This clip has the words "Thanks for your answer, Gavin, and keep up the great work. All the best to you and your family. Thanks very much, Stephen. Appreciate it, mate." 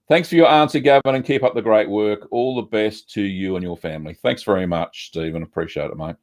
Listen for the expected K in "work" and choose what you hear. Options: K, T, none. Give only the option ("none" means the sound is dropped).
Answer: K